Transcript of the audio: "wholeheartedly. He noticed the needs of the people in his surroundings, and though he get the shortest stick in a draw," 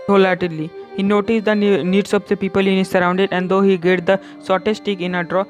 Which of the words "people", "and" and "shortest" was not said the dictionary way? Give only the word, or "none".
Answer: shortest